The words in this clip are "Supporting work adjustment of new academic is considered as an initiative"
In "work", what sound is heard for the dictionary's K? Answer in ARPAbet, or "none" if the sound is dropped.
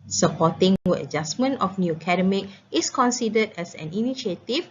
none